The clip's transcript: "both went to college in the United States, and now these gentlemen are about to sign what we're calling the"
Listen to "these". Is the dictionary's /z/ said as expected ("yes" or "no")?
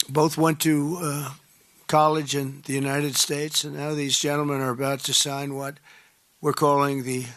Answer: yes